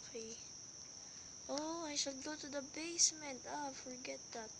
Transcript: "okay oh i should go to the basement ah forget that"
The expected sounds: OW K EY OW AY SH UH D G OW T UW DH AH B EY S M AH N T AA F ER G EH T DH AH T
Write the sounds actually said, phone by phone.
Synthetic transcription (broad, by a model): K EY OW AY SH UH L G OW T UW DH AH B EY S M AH N T AA F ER G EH T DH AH T